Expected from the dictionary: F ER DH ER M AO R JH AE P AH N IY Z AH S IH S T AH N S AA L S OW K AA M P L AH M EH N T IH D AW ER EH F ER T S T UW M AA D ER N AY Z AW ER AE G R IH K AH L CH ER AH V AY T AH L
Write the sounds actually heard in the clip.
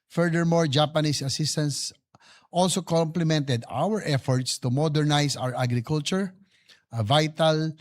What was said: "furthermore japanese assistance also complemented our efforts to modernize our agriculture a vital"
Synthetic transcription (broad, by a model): F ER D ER M AO R JH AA P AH N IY S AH S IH S T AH N S AA L S OW K AA M P L AH M EH N T IH D AW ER EH F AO T S T UW M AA D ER N AY S AW ER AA G R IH K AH L CH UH AH V AY T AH L